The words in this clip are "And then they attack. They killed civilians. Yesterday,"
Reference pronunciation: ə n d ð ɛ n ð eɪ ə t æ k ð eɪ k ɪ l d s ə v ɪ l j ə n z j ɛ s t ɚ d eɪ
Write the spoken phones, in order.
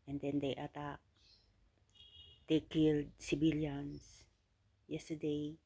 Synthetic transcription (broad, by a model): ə n d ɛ n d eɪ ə t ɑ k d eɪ k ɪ l d s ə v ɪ l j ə n s j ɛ s t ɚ d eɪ